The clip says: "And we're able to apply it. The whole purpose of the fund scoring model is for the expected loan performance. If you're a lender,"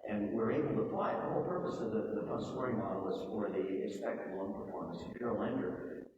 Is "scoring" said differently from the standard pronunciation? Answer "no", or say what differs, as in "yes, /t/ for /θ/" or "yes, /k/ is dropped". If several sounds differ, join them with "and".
yes, /k/ is dropped